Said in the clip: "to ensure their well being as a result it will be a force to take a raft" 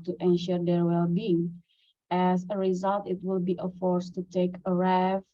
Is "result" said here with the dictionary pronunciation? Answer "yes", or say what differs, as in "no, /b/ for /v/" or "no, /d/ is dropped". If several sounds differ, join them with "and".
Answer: yes